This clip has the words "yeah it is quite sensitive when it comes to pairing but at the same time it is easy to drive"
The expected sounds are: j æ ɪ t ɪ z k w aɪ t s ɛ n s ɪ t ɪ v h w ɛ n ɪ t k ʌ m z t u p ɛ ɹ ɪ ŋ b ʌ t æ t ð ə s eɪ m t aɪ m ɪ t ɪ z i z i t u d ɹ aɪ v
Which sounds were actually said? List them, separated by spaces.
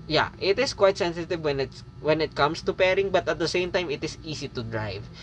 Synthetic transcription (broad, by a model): j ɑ ɪ t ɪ s k w aɪ t s ɛ n s ɪ t ɪ v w w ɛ n ɪ t k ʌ m s t u p ɛ ɹ ɪ ŋ b ʌ t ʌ t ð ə s eɪ m t aɪ m ɪ t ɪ s i s i t u d ɹ aɪ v